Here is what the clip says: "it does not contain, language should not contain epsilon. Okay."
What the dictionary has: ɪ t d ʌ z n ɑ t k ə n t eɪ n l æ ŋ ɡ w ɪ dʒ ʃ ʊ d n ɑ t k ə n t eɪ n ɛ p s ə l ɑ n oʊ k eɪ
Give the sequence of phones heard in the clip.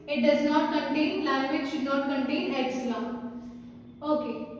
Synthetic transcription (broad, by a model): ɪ t d ʌ z n ɑ t k ə n t eɪ n l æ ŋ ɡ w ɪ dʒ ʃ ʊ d n ɑ t k ə n t eɪ n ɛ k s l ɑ oʊ k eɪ